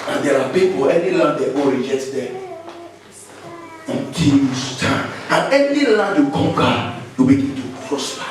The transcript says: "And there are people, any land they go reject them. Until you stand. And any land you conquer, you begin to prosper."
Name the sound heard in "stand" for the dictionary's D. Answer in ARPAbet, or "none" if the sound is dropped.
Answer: none